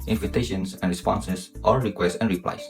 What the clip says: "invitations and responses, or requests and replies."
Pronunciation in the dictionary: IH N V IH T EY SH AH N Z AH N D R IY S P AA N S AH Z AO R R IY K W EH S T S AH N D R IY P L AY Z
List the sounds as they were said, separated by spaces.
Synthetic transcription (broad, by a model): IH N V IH T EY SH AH N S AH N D R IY S P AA N S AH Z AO L R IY K W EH S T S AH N R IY P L AY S